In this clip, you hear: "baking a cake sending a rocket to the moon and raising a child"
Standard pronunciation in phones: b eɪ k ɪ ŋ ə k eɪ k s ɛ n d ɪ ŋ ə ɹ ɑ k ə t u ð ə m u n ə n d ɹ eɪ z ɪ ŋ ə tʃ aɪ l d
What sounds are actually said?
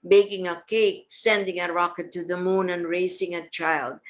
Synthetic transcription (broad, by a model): b eɪ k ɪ ŋ ə k eɪ k s ɛ n d ɪ ŋ ə ɹ ɑ k ə t u ð ə m u n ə n ɹ eɪ s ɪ ŋ ə tʃ aɪ l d